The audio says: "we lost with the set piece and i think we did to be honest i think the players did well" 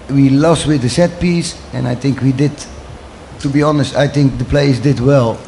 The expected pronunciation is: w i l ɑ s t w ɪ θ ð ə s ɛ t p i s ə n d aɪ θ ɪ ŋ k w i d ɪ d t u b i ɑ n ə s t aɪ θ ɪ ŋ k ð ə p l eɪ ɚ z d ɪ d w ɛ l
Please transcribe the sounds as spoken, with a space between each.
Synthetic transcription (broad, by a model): w i l ɑ s t w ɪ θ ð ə s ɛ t p i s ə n aɪ θ ɪ ŋ k w i d ɪ d t u b i ɑ n ə s t aɪ θ ɪ ŋ k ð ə p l eɪ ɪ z d ɪ d w ɛ l